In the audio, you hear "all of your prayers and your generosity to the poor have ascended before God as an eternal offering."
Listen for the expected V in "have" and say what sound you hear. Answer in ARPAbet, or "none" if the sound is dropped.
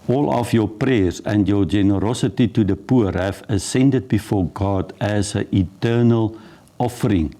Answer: F